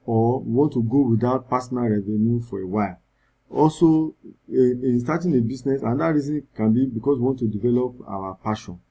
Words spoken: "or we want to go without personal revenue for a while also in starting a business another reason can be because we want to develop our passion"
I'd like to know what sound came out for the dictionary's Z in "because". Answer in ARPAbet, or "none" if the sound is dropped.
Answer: S